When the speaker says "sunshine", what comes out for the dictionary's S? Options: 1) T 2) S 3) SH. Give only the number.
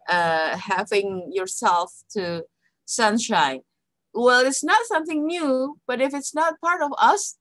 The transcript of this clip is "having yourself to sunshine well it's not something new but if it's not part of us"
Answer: 2